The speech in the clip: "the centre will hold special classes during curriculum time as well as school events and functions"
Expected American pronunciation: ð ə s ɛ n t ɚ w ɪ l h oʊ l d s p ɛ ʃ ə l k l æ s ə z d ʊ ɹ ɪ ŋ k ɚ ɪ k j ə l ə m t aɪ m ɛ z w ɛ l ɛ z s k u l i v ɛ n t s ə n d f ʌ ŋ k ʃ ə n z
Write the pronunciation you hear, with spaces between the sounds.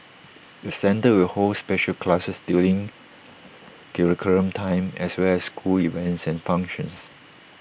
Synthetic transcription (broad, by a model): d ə s ɛ n t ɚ w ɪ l h oʊ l s p ɛ ʃ ə l k l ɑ s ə s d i l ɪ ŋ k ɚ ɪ k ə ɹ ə m t aɪ m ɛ s w ɛ l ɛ s k u l i v ɛ n t s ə n f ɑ ŋ k ʃ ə n s